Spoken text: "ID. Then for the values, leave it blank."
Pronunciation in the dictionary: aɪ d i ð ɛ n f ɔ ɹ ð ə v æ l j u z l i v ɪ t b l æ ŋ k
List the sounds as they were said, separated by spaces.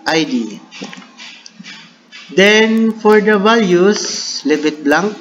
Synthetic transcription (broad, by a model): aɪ d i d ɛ n f ɔ ɹ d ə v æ l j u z l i b ɪ t b l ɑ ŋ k